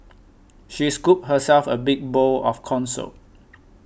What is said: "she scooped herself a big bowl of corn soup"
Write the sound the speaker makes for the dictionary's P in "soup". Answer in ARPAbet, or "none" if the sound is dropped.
none